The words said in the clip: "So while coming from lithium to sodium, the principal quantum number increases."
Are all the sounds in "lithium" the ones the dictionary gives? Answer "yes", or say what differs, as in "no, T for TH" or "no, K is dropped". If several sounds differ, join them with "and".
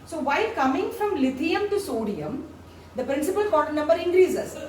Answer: no, T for TH